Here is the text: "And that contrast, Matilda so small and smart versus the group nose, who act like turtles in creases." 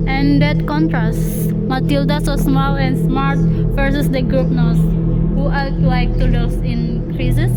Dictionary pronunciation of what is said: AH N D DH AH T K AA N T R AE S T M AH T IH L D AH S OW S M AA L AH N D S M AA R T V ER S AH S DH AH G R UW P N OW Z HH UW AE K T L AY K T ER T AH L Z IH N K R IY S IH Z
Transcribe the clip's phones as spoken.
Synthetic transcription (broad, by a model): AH N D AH T K AA N T R AE S T M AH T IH L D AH S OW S M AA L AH N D S M AA R T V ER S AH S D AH G R UW P N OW S HH UW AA T L AY K T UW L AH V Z IH N K R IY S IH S